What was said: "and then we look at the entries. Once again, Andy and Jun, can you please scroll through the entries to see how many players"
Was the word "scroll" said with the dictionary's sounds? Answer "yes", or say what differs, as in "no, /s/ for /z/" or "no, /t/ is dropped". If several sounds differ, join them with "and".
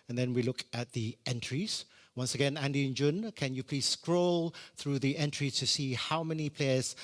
yes